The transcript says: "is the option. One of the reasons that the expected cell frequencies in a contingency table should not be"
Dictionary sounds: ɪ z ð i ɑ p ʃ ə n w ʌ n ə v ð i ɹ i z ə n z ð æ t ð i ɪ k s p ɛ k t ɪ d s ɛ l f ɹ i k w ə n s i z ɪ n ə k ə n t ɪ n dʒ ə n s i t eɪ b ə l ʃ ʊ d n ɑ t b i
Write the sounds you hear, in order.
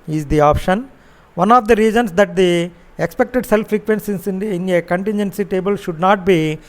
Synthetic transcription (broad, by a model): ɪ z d i ɑ p ʃ ə n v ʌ n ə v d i ɹ i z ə n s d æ t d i ɪ k s p ɛ k t ɪ d s ɛ l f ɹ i k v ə n s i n ɪ n ə k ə n t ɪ n dʒ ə n s i t eɪ b ə l ʃ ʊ d n ɑ t b i